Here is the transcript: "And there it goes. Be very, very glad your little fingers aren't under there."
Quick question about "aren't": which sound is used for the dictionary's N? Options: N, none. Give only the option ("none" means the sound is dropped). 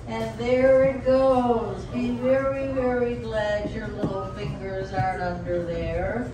none